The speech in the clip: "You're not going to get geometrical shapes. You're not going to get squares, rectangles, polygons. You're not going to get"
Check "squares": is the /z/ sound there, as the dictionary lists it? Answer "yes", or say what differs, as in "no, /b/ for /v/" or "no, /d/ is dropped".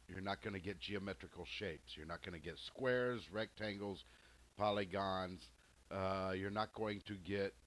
yes